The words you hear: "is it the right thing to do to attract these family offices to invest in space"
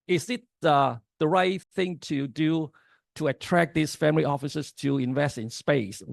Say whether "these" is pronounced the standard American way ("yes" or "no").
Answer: no